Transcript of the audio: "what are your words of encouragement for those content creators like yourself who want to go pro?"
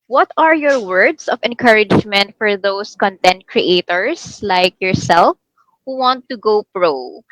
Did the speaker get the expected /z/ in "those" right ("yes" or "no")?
no